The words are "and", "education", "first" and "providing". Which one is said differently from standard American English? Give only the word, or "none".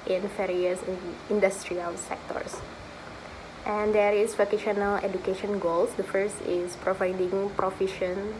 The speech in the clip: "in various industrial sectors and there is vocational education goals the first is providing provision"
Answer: none